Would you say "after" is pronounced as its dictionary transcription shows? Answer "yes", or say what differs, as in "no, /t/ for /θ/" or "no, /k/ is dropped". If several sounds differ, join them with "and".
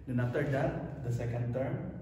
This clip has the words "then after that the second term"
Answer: no, /f/ is dropped